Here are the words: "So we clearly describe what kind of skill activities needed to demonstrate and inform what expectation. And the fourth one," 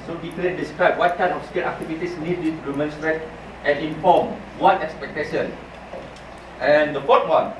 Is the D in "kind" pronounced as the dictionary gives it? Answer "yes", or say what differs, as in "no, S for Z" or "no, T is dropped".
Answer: no, D is dropped